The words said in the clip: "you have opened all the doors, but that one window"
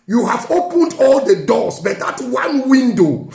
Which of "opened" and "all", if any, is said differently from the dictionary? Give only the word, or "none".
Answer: none